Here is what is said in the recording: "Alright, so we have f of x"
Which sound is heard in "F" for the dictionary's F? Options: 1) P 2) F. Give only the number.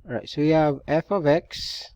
2